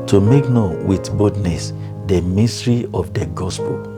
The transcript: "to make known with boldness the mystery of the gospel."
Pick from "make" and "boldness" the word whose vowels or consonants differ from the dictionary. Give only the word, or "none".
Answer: boldness